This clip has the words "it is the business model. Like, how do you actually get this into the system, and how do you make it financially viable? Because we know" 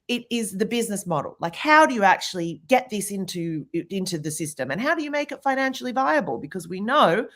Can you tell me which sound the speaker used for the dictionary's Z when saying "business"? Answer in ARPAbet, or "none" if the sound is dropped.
Z